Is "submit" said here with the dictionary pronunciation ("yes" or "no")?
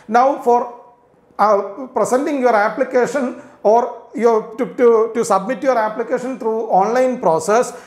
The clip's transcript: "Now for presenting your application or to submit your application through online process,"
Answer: yes